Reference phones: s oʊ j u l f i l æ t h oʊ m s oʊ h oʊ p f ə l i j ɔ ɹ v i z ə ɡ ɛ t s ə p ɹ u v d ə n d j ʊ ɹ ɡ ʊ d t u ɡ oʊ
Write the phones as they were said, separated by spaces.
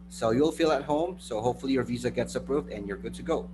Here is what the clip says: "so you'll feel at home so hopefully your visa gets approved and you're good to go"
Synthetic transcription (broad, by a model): s oʊ j u l f i l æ t h oʊ m s oʊ h oʊ p f ə l i j ɔ ɹ v i z ə ɡ ɛ t s ə p ɹ u v d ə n j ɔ ɹ ɡ ʊ d t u ɡ oʊ